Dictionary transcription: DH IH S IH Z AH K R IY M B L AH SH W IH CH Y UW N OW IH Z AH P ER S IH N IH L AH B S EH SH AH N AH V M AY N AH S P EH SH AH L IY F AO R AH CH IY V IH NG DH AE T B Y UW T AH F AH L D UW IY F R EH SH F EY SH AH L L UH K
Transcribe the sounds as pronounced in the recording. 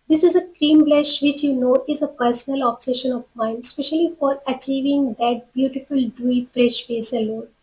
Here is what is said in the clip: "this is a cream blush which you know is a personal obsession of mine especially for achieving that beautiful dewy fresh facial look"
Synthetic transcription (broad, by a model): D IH S IH Z AH K R IY M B L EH SH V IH CH Y UW N OW IH Z AH P ER S IH N IH L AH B S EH SH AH N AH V M AY N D S P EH SH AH L IY F AO R AH CH IY V IH NG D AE T B Y UW T AH F AH L D UW IY F R EH SH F EY S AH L L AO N